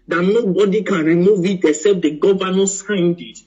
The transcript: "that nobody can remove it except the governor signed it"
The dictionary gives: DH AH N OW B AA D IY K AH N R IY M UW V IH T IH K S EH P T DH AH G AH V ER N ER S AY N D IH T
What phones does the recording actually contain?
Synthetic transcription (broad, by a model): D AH N OW B AA D IY K AH N R IY M UW V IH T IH S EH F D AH G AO V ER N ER S AY N D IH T